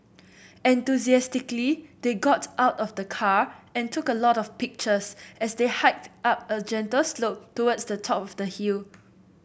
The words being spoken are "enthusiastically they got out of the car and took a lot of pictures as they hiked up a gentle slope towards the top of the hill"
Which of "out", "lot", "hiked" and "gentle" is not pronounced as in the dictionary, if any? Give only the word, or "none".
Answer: none